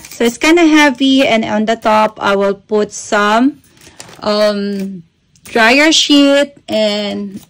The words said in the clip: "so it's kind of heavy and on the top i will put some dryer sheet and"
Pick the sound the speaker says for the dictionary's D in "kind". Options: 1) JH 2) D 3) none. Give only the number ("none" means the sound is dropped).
3